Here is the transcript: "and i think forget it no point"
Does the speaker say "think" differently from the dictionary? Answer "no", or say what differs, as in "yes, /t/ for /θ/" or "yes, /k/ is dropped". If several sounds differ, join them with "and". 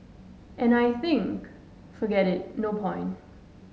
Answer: no